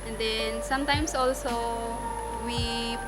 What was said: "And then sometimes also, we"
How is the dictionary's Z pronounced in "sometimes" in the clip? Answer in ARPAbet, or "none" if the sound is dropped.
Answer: S